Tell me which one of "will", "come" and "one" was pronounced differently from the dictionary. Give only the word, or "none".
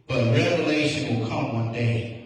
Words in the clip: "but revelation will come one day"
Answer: none